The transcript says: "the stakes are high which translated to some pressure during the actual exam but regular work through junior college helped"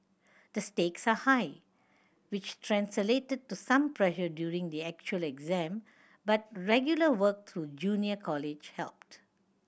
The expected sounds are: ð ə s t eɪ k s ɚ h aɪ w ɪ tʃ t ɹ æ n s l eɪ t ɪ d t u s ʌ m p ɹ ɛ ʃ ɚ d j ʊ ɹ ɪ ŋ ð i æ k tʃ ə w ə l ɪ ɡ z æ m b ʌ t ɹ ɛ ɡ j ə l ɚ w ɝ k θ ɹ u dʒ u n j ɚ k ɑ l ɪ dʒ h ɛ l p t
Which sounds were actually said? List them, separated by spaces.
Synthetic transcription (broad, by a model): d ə s t eɪ k s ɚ h aɪ w ɪ tʃ t ɹ æ n s l eɪ t ɪ d t u s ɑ m p ɹ ɛ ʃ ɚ d j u ɹ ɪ ŋ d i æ k tʃ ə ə l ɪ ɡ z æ m b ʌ t ɹ ɛ ɡ j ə l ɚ w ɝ k t ɹ u dʒ u n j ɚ k ɑ l ɪ dʒ h ɛ l p t